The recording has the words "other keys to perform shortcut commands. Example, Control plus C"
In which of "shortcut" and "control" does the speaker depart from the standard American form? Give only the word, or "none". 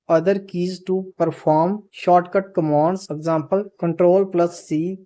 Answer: none